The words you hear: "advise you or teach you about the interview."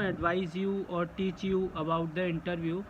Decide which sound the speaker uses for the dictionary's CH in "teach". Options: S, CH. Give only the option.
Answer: CH